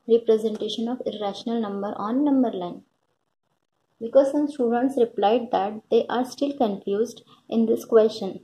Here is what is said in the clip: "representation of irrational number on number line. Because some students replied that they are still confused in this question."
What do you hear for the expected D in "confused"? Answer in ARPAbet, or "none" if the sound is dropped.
D